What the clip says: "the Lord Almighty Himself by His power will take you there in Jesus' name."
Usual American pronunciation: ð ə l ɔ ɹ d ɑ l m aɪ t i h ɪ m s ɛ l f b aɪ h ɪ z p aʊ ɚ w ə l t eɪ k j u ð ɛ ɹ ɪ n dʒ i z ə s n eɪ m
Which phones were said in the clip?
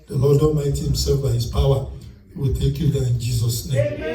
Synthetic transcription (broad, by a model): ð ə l ɔ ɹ d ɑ m aɪ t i h ɪ m s ɛ l f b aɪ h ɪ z p aʊ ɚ w ə l t eɪ k j u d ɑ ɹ ɪ n dʒ i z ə s n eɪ m